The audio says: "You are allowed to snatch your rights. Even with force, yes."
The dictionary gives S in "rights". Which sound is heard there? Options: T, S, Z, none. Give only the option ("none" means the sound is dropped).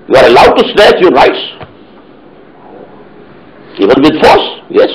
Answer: S